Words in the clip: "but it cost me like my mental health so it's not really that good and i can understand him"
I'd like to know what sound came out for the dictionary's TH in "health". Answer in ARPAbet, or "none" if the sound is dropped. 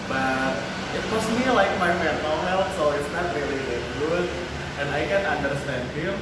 T